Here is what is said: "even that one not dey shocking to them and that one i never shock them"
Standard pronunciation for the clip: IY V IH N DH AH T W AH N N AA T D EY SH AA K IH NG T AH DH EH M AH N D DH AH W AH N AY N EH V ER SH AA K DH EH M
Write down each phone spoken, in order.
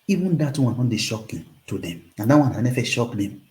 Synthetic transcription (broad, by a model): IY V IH N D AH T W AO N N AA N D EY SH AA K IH T AH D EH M AH N D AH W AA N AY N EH F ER SH AA K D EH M